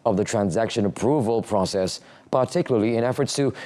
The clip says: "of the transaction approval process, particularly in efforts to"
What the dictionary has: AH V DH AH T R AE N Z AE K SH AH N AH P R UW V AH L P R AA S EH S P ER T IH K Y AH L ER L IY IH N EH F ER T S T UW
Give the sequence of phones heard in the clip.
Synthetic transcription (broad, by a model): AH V DH AH T R AE N Z AE K SH AH N AH P R UW V AH L P R AA S EH S P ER T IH K Y L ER L IY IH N EH F ER T S T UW